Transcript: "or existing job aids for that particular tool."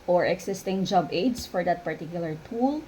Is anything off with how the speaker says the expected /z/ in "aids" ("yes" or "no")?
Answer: yes